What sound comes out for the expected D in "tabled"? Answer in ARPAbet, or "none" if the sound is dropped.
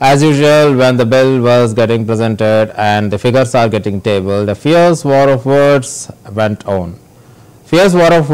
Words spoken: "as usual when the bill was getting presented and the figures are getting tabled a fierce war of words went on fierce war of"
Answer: D